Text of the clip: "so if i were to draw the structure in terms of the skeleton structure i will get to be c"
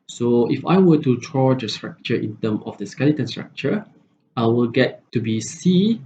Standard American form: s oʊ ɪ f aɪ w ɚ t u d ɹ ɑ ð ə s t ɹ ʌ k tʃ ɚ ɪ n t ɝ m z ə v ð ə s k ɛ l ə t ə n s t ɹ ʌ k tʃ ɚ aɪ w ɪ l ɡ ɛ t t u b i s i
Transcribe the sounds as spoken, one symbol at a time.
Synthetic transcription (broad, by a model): s oʊ ɪ f aɪ w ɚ t u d ɹ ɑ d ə s t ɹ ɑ k tʃ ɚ ɪ n t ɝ m ə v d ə s k ɛ l ə t ə n s t ɹ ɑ k tʃ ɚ aɪ w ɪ l ɡ ɛ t t u b i s i